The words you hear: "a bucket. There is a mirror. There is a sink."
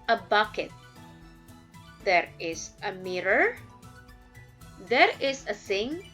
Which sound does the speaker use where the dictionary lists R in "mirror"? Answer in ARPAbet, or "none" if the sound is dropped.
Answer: R